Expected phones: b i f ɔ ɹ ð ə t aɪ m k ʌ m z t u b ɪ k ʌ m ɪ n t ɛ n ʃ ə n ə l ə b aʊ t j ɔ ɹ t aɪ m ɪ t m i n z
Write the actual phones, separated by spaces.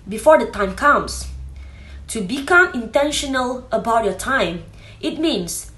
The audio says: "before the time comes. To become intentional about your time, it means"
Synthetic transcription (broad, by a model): b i f ɔ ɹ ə t aɪ m k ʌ m s t u b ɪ k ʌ m ɪ n t ɛ n ʃ ə n ə l ə b aʊ t j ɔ t aɪ m ɪ t m i n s